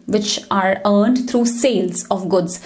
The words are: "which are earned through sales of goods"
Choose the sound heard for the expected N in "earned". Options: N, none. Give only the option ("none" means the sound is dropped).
N